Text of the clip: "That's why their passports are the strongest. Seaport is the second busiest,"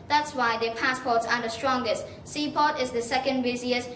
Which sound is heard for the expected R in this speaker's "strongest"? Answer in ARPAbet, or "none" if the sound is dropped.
R